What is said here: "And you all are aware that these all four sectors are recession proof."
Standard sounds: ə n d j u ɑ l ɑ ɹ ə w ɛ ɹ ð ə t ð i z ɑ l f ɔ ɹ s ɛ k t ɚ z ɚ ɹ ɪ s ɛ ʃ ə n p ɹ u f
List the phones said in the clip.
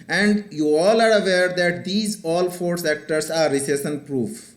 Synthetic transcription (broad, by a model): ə n d j u ɑ l ɑ ɹ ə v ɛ ɹ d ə t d i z ɑ l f ɔ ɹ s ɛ k t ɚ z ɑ ɹ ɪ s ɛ s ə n p ɹ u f